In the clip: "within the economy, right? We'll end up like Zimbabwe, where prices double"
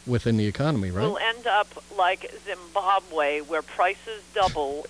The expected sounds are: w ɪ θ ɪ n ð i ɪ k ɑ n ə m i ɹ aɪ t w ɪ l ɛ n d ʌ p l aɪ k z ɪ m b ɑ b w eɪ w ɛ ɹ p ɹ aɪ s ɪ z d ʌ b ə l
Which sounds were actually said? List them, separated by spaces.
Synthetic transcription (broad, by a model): w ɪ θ ɪ n ð i ɪ k ɑ n ə m i ɹ aɪ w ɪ l ɛ n d ʌ p l aɪ k z ɪ m b ɑ b w eɪ w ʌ ɹ p ɹ aɪ s ɪ z d ʌ b l